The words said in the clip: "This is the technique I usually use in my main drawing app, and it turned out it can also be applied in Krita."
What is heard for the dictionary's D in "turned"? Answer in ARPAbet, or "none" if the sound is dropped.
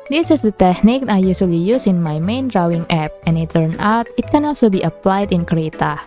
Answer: none